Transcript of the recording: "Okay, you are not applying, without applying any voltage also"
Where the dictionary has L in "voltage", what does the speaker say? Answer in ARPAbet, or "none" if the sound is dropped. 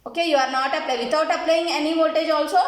none